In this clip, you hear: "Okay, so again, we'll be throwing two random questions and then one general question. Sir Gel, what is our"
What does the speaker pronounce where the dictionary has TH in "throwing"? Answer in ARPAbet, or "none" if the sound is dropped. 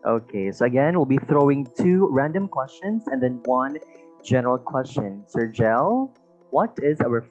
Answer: TH